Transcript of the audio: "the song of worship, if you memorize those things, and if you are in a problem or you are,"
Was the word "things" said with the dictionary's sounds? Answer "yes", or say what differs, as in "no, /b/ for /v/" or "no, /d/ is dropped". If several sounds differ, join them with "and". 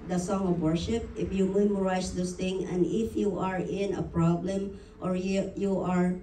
no, /z/ is dropped